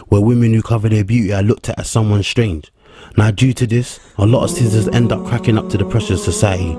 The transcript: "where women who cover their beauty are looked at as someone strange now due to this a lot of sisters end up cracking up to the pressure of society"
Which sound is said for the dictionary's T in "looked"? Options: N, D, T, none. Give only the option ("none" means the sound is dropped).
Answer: T